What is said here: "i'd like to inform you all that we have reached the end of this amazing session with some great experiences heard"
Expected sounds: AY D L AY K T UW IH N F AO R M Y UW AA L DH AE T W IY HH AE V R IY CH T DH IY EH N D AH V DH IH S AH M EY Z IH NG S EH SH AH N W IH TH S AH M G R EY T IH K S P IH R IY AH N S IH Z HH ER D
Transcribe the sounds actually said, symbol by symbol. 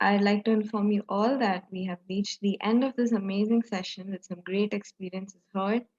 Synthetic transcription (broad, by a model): AY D L AY K T UW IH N F AO R M Y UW AA L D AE T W IY HH AE V R IY CH T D IY EH N D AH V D IH S AH M EY Z IH NG S EH SH AH N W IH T S AH M G R EY T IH K S P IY R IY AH N S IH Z HH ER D